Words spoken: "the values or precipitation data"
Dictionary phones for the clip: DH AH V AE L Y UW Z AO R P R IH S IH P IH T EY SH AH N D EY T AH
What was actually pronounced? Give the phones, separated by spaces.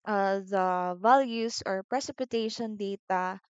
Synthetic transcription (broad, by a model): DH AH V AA L Y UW S AO R P R IH S IH P IH T EY SH AH N D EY T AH